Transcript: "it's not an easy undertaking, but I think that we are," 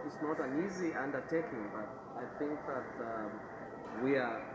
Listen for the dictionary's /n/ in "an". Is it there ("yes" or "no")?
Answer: yes